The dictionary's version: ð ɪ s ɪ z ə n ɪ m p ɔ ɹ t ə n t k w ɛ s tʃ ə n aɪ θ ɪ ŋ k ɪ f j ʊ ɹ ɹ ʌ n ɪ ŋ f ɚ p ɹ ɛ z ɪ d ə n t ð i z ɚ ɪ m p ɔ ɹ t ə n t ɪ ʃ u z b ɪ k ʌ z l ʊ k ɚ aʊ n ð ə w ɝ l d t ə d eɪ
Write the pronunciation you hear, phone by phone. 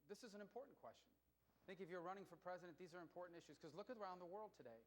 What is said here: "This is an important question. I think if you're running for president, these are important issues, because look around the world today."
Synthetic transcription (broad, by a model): ð ɪ s ɪ z n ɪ m p ɔ ɹ t n k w ɛ s tʃ n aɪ θ ɪ ŋ k ɪ f j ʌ ɹ ɹ ʌ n ɪ ŋ f ɚ p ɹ ɛ z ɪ d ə n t ð i z ɚ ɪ m p ɔ ɹ t n t ɪ ʃ u z k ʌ z l ʊ k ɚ aʊ n ð ə w ɝ l d t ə d eɪ